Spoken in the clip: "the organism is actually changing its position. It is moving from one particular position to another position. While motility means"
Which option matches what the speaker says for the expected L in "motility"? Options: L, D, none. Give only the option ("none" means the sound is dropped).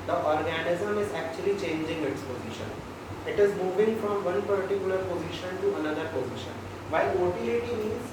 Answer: none